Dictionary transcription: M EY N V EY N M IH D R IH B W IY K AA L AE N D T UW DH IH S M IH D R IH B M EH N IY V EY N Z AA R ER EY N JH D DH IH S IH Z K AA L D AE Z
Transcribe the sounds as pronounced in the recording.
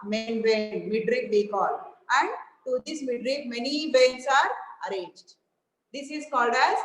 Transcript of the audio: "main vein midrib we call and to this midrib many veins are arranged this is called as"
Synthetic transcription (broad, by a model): M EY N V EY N M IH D R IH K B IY K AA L AE N D T UW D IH S M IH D R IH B M EH N IY B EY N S AA R ER EY N JH D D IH S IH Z K AA L D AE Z